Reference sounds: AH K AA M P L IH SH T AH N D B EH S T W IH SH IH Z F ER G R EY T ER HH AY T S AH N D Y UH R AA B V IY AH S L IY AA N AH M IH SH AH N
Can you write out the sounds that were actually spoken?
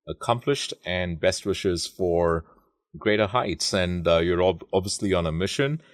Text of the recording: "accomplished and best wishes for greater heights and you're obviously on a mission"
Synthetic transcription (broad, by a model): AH K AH M P L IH SH T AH N B EH S T W IH SH IH Z F ER G R EY T ER HH AY T S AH N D Y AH R AA B V IY AH S L IY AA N AH M IH SH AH N